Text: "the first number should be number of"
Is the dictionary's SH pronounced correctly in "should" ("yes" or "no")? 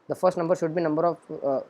yes